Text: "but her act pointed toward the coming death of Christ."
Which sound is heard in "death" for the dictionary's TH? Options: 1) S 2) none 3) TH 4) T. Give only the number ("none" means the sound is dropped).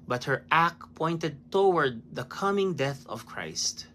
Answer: 3